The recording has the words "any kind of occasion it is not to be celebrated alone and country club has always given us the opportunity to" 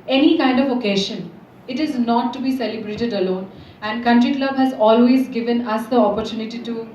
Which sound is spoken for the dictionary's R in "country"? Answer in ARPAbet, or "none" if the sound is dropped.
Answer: R